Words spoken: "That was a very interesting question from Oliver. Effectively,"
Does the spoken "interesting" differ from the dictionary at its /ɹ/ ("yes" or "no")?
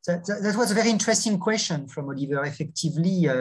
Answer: no